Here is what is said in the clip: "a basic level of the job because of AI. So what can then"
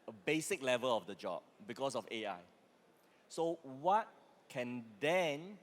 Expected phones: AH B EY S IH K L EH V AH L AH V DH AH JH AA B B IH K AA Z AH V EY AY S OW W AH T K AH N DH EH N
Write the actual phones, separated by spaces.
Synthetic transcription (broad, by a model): AH B EY S IH K L EH V AH L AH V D AH JH AA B B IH K AA S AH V EY AY S OW W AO T K AH N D EH N